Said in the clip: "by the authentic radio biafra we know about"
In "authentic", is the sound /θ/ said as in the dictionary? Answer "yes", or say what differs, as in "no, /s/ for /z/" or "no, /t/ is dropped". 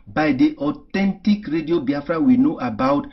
no, /t/ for /θ/